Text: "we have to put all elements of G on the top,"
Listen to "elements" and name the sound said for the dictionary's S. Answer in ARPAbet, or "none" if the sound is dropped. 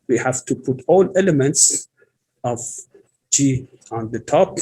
S